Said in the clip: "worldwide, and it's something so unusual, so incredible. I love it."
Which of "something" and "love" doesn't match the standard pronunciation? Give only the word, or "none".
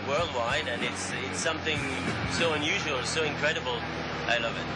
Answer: none